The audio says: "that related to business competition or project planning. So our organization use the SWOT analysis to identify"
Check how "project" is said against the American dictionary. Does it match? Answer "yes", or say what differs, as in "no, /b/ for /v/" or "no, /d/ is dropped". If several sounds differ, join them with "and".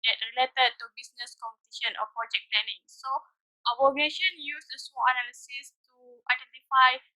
yes